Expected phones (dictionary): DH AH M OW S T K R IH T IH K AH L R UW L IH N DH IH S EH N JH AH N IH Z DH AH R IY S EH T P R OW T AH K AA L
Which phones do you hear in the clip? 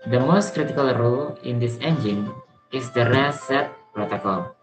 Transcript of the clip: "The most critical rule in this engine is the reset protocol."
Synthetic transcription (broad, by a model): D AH M OW S T K R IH T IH K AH L R UW L IH N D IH S EH N JH AH N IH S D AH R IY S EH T P R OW T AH K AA L